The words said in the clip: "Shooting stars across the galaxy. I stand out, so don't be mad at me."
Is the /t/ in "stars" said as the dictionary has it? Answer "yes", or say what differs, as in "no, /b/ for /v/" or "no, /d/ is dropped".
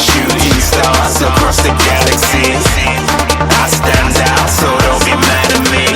no, /s/ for /t/